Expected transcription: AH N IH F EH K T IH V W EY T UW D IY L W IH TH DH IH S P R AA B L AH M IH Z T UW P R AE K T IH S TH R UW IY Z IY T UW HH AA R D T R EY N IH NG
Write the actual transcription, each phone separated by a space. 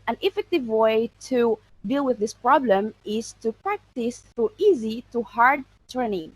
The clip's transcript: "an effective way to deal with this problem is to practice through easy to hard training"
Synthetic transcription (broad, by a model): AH N IH F EH K T IH V W EY T UW D IY L W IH DH IH S P R AA B L AH M IH Z T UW P R AE K T IH S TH UW IY Z IY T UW HH AA R D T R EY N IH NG